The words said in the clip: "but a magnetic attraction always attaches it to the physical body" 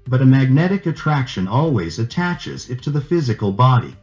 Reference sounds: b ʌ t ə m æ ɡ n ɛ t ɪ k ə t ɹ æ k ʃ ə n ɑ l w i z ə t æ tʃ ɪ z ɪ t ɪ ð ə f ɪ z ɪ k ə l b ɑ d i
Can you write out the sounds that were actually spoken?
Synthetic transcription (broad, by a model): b ʌ t ə m æ ɡ n ɛ t ɪ k ə t ɹ æ k ʃ ə n ɑ l w i z ə t æ tʃ ɪ z ɪ t ɪ ð ə f ɪ z ɪ k ə l b ɑ d i